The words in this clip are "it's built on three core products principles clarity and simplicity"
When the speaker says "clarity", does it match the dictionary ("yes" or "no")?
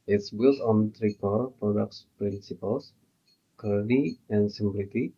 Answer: no